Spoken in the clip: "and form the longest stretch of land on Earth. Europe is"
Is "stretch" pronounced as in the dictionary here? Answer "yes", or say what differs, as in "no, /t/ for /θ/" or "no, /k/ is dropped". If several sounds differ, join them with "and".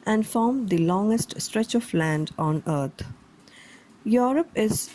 yes